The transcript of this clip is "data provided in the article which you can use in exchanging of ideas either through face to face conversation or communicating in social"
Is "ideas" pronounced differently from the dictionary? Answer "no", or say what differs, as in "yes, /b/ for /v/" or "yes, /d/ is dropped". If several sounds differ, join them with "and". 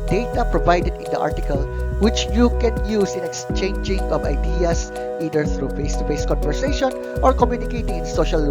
yes, /s/ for /z/